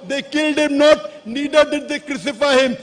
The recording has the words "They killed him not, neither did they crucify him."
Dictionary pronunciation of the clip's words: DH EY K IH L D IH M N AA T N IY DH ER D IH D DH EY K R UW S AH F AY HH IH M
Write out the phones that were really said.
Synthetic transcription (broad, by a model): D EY K IH L D IH M N AA T N IY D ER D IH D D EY K R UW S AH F AY HH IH M